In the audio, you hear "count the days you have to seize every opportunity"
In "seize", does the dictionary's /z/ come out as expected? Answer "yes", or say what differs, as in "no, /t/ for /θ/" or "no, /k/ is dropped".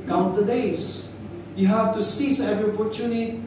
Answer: no, /s/ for /z/